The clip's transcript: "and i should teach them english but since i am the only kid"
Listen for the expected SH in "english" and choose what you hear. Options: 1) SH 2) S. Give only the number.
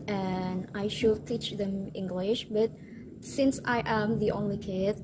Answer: 1